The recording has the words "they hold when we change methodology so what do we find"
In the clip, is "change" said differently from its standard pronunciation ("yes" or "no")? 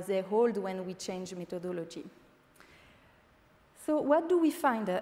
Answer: no